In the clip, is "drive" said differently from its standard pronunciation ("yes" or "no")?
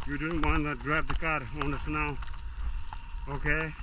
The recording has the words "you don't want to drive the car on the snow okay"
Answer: yes